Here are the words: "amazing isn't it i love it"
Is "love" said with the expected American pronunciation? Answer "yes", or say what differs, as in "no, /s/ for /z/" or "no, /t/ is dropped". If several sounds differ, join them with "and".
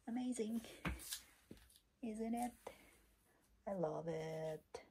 yes